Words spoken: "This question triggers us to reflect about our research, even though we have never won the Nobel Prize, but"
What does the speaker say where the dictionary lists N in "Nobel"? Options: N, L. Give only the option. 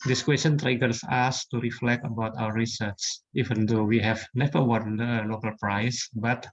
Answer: L